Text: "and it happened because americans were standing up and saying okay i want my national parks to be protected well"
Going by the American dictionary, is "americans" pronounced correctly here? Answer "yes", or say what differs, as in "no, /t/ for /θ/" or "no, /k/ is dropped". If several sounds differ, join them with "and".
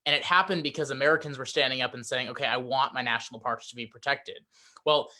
yes